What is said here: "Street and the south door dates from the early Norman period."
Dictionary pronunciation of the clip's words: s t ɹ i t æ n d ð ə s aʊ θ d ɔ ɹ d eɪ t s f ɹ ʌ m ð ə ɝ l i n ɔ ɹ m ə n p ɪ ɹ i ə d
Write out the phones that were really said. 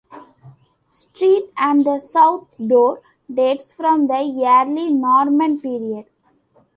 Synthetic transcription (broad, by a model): s t ɹ i t æ n d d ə s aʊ t d ɔ ɹ d eɪ t s f ɹ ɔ m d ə ɝ l i n ɔ ɹ m ə n p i ɹ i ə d